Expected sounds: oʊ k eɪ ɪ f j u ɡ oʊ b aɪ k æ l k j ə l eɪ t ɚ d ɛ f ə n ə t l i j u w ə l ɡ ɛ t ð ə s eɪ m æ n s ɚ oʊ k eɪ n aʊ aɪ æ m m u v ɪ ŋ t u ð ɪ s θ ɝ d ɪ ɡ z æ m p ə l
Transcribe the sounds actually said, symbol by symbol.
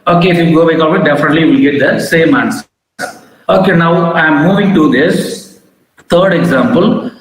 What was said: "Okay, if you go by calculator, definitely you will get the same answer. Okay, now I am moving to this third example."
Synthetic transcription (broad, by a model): oʊ k eɪ ɪ f j u ɡ oʊ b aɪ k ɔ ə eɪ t d ɛ f ə n ə t l i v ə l ɡ ɛ t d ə s eɪ m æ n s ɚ oʊ k eɪ n aʊ aɪ m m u v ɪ ŋ t u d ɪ s t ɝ d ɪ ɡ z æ m p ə l